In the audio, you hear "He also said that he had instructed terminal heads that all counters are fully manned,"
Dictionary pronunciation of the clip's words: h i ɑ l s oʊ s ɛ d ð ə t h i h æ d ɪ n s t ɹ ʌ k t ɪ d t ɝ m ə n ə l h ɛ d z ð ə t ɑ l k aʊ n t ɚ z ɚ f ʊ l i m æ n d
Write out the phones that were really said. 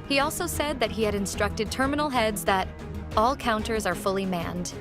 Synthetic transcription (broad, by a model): h i ɑ l s oʊ s ɛ d ð ə t h i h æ d ɪ n s t ɹ ʌ k t ɪ d t ɝ m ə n l h ɛ d z ð ə t ɑ l k aʊ n t ɚ z ɚ f ʊ l i m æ n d